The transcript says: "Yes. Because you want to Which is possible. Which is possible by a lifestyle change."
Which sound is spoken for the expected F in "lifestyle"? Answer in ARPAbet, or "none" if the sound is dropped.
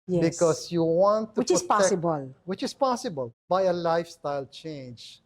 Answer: F